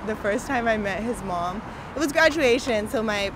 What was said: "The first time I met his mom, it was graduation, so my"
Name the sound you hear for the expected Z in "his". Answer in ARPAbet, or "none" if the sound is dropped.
Z